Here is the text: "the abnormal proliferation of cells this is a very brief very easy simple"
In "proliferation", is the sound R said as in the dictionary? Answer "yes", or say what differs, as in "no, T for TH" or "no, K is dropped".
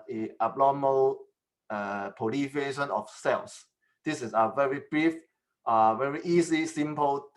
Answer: no, R is dropped